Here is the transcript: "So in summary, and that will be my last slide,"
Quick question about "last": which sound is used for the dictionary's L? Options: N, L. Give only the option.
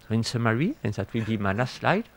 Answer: N